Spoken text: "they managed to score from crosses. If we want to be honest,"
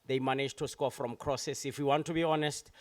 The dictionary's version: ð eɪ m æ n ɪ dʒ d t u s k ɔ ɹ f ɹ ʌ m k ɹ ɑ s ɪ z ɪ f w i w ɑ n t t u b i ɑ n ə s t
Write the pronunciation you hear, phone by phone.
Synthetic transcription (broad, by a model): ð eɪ m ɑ n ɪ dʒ t u s k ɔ f ɹ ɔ m k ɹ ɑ s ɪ s ɪ f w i w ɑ n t t u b i ɑ n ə s t